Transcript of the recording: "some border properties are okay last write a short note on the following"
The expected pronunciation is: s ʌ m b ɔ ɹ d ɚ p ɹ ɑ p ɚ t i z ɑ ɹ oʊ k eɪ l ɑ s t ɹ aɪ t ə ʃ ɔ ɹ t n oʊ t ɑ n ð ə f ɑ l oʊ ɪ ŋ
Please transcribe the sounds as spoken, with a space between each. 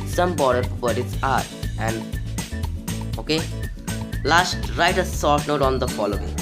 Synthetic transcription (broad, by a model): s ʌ m b ɔ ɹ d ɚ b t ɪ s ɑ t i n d oʊ k eɪ l ɑ s t ɹ aɪ t ə s ɔ ɹ t n oʊ t ɑ n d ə f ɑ l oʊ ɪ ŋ